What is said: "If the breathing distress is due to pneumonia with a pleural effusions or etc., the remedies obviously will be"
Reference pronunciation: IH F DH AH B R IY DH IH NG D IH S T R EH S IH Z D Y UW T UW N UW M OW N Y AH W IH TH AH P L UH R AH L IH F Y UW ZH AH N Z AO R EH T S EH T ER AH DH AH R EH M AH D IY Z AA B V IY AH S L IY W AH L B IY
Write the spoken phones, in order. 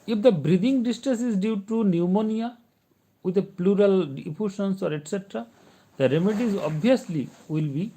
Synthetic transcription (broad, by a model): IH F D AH B R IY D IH NG D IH S T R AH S IH Z D Y UW T UW N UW M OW N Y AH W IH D AH P L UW R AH L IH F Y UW SH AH N S AO R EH T S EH T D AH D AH R EH M AH D IY Z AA B IY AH S L IY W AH L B IY